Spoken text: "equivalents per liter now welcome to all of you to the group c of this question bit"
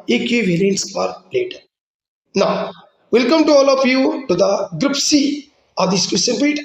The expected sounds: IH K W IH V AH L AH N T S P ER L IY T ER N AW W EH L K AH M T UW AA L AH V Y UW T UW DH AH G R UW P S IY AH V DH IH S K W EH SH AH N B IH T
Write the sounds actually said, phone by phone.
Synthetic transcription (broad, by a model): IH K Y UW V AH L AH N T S F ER L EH T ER N AW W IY L K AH M T UW AA L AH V Y UW T UW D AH G R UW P S IY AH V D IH S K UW S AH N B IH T